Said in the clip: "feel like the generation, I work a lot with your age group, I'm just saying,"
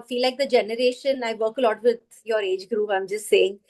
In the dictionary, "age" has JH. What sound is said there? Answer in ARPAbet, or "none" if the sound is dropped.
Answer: JH